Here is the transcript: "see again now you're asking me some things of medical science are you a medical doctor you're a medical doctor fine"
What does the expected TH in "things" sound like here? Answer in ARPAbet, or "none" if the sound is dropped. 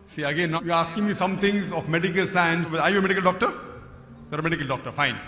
T